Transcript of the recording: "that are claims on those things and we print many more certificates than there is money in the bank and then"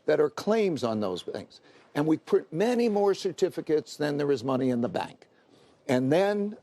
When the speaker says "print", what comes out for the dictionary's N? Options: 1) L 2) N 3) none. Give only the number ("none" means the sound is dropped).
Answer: 3